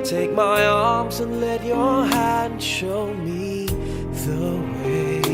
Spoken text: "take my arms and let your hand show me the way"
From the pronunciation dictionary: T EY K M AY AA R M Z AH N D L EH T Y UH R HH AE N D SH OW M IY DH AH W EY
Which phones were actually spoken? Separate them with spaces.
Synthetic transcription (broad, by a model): T EY K M AY AA R M Z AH N L EH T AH R HH AE N D SH OW M IY DH AH W EY